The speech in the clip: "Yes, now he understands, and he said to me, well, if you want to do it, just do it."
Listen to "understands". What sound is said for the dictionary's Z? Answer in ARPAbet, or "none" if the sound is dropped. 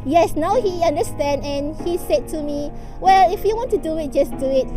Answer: none